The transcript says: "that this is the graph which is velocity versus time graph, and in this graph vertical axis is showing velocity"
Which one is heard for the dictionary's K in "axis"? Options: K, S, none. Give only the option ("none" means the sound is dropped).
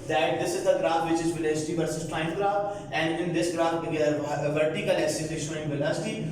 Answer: none